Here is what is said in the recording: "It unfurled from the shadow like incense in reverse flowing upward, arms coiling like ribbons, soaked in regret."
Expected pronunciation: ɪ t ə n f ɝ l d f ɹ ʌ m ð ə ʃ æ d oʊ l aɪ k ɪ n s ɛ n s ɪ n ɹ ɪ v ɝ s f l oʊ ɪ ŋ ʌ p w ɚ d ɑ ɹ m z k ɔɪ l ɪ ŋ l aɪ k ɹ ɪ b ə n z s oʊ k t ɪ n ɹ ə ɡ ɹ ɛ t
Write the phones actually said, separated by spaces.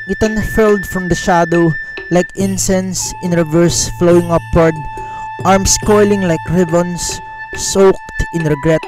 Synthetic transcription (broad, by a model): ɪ t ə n f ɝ l d f ɹ ʌ m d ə ʃ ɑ d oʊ l aɪ k ɪ n s ɛ n s ɪ n ɹ ɪ v ɝ s f l oʊ ɪ ŋ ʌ p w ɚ d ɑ ɹ m s k ɔɪ l ɪ ŋ l aɪ k ɹ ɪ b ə n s s oʊ k t ɪ n ɹ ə ɡ ɹ ɛ t